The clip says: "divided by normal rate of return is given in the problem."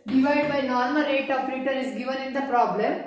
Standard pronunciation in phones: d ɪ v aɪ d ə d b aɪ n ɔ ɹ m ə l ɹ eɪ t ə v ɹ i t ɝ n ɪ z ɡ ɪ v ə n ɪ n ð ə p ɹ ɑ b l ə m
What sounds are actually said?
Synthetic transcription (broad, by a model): d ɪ v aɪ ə d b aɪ n ɔ ɹ m ə l ɹ eɪ t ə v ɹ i t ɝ ɪ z ɡ ɪ v ə n ɪ n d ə p ɹ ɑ b l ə m